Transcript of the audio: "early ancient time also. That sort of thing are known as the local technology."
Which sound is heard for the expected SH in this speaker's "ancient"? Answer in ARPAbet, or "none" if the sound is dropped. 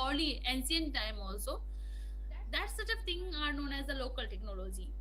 S